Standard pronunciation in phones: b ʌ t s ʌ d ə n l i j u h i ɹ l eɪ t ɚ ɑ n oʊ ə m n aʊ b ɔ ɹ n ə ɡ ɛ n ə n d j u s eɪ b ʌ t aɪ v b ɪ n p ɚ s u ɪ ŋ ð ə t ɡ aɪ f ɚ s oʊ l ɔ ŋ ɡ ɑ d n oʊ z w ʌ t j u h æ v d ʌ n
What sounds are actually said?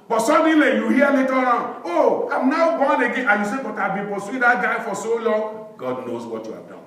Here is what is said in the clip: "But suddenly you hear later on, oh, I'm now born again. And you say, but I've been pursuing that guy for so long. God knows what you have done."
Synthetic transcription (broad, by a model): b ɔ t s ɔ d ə l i j u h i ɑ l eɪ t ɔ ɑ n oʊ ə m n aʊ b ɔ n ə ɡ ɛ ə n j u s eɪ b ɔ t aɪ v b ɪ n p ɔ s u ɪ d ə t ɡ aɪ f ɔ s oʊ l ɔ ŋ ɡ ɑ d n oʊ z w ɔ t j u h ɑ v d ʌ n